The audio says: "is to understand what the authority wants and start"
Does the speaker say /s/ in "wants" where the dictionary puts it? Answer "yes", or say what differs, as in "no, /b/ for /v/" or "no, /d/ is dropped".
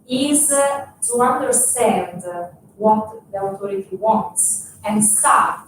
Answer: yes